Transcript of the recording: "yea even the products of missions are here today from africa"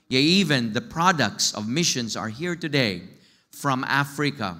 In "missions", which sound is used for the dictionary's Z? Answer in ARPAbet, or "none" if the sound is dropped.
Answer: S